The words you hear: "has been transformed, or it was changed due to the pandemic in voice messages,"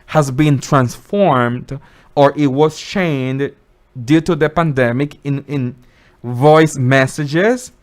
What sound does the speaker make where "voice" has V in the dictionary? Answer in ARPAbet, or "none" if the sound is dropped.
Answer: V